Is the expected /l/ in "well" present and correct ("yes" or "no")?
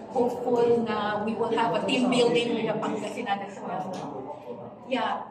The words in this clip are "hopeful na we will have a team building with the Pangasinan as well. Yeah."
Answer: no